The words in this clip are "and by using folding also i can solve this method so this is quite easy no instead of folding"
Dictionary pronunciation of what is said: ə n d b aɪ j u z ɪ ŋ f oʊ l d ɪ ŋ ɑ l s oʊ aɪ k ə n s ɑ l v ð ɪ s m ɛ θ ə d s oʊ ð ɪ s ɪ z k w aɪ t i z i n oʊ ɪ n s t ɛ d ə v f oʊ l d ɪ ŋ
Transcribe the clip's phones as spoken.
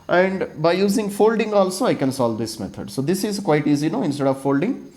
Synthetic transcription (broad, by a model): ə n d b aɪ j u z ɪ ŋ f oʊ l d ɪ ŋ ɑ l s oʊ aɪ k ə n s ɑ l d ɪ s m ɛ t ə d s oʊ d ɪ s ɪ z k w aɪ t i z i n oʊ ɪ n s t ɛ d ə v f oʊ l d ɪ ŋ